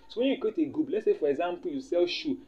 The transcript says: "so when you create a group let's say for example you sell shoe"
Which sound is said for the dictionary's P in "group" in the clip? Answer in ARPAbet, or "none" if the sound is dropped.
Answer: B